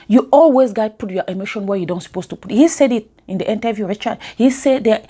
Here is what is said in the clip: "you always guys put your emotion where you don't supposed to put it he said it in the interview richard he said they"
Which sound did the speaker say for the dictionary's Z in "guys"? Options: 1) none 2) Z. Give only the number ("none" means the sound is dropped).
1